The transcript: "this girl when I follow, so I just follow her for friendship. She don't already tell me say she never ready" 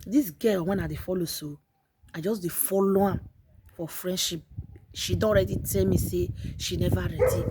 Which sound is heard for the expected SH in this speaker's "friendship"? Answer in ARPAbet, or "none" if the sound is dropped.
SH